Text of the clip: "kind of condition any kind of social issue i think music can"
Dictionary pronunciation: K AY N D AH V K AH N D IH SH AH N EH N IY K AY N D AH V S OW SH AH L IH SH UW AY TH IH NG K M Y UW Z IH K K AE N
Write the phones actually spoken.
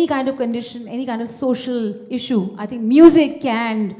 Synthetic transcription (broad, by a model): K AY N D AH V K AH N D IH SH AH N EH N IY K AY N D AH V S OW SH AH L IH SH UW AY T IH NG K M Y UW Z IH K K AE N